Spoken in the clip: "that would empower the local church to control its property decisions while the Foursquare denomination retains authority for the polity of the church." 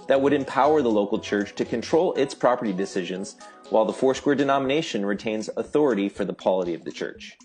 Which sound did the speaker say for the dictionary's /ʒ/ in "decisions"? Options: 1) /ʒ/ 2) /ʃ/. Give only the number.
1